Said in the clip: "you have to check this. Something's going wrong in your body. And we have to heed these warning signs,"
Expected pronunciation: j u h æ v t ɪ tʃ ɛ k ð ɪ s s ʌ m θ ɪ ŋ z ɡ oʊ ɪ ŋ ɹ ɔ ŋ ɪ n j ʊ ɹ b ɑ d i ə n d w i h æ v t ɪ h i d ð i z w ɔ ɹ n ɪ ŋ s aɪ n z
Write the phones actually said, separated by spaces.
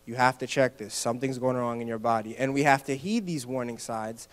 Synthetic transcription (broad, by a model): j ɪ h æ f t ɪ tʃ ɛ k ð ɪ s s ʌ m θ ɪ ŋ z ɡ oʊ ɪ ŋ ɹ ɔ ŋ ɪ n j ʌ ɹ b ɑ d i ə n w i h æ f t ɪ h i d ð i z w ɔ ɹ n ɪ ŋ s aɪ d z